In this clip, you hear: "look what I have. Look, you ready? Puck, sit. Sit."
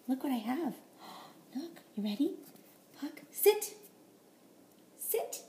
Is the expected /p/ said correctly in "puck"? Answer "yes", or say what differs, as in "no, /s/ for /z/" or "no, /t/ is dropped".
yes